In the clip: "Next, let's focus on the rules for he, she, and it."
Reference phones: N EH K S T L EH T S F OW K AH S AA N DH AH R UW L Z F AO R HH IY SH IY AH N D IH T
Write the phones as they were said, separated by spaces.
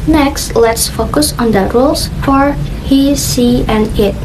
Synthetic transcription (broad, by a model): N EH K S T L EH T S F OW K AH S AA N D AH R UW L S F AO R HH IY S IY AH N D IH T